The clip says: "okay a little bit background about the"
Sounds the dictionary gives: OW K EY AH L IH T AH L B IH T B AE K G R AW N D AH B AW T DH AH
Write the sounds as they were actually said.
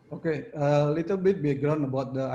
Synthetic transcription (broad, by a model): OW K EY AH L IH T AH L B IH T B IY G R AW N AH B AW T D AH